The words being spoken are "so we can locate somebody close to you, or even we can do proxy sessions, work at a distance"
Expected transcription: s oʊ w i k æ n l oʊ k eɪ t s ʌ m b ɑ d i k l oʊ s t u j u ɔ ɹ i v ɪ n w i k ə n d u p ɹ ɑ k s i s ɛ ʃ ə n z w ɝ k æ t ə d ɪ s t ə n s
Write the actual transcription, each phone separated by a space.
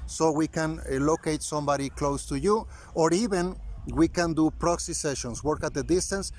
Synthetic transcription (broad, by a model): s oʊ w i k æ n l oʊ k eɪ t s ʌ m b ɑ d i k l oʊ s t u j u ɔ ɹ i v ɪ n w i k ə n d u p ɹ ɑ k s i s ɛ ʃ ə n s w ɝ k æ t ə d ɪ s t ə n s